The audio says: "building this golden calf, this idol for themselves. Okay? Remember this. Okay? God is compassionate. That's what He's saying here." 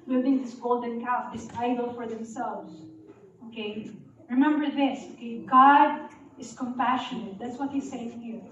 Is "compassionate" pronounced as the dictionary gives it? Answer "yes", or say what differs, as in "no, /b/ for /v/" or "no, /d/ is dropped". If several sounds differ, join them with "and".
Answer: yes